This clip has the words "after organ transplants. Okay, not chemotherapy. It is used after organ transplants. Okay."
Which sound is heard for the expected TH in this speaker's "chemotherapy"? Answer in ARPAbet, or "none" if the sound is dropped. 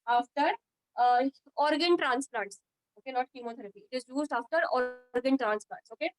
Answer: T